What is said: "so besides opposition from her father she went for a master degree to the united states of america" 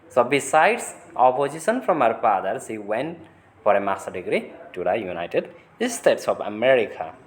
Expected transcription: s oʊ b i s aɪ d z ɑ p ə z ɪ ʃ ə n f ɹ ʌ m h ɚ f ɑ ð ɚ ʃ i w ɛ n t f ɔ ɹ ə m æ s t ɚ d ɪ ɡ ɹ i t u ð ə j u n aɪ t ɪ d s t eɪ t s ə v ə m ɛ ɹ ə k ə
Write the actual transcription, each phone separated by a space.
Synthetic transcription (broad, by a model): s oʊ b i s aɪ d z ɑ p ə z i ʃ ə n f ɹ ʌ m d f ɑ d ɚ s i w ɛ n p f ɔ ɹ ə m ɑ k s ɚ d ɪ ɡ ɹ i t u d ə j u n aɪ t ɪ d s t eɪ t s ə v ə m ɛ ɹ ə k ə